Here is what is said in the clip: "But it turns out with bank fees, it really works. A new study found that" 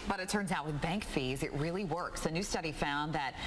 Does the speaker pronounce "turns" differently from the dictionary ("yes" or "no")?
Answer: no